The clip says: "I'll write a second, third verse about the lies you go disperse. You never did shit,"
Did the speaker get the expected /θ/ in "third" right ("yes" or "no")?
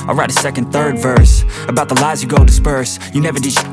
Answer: yes